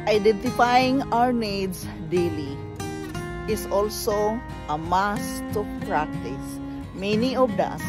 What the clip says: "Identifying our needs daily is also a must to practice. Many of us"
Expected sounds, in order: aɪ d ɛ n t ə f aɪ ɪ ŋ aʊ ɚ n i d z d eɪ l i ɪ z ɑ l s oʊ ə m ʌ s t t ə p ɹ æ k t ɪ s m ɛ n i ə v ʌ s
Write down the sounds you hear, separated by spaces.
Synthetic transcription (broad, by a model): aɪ d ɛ n t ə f aɪ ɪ ŋ aʊ ɚ n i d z d eɪ l i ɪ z ɑ l s oʊ ə m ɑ s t t ə p ɹ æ k t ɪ s m ɛ n i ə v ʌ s